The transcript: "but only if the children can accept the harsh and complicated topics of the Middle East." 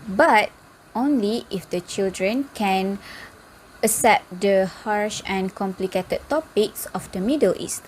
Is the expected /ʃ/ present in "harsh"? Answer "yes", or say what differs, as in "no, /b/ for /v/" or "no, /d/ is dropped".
yes